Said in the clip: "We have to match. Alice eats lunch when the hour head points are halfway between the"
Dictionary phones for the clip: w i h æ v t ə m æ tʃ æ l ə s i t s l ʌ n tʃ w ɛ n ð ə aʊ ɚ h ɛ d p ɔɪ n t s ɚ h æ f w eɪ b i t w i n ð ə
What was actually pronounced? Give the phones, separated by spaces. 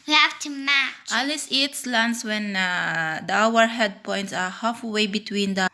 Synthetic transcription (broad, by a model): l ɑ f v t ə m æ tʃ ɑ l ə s i t s l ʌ n s w ɛ n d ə aʊ ɚ h ɛ d p ɔɪ n t s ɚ h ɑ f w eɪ b i t w i n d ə